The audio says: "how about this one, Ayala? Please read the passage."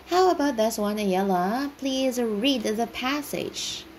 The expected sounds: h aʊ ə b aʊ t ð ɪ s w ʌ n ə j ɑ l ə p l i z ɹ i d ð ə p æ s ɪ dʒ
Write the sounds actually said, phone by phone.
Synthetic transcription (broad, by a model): h aʊ ə b aʊ t ð ɪ s w ʌ n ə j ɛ l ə p l i z ɹ i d ð ə p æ s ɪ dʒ